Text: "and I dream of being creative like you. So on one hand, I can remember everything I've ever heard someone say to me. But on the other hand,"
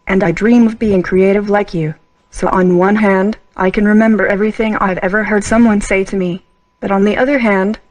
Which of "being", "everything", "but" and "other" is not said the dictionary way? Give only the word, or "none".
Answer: none